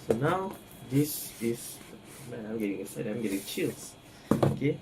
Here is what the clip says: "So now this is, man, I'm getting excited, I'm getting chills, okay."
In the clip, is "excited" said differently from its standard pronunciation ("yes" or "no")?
yes